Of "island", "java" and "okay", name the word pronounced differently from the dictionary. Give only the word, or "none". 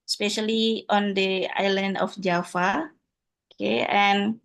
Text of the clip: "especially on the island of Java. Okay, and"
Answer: java